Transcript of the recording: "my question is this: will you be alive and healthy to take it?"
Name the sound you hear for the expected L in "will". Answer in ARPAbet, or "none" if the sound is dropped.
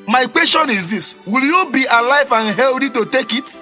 L